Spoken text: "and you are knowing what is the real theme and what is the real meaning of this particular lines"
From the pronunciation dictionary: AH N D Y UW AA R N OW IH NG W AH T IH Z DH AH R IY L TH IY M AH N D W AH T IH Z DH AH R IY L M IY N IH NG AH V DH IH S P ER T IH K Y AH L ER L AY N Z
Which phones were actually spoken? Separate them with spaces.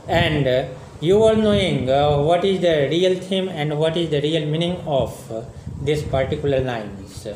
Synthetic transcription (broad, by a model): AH N D Y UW AA R N OW IH NG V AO T IH Z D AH R IY L T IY M AH N D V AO T IH Z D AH R IY L M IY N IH NG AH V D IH S P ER T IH K Y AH L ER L AY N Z